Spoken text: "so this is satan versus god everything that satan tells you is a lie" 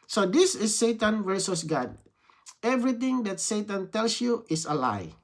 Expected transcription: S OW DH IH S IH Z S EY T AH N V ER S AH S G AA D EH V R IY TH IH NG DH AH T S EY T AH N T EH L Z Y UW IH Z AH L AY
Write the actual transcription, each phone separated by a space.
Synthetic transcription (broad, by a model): S OW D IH S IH S EY T AH N V ER S AH S G AA D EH V R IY T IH NG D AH T S EY T AH N T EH L S Y UW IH S AH L AY